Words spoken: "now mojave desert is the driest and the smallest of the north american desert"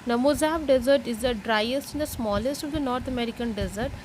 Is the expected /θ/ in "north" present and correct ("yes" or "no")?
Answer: no